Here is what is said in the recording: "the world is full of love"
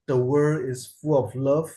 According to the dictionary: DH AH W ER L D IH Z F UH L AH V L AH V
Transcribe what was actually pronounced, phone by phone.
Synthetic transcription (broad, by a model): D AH W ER D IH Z F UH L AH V L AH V